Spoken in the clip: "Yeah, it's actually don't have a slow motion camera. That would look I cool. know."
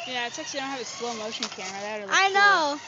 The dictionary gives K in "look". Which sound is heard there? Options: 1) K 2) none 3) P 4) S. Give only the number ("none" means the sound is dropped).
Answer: 2